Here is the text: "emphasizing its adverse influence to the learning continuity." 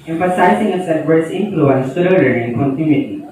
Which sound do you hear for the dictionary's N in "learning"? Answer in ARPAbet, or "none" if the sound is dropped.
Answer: none